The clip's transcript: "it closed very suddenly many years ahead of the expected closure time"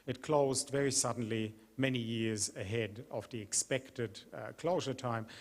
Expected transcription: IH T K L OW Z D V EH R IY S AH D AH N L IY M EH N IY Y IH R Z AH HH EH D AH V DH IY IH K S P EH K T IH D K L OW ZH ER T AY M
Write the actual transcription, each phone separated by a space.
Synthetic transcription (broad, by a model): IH T K L OW Z D V EH R IY S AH D N L IY M EH N IY Y IH R Z AH HH EH D AH V DH IY IH K S P EH K T IH D K L OW ZH ER T AY M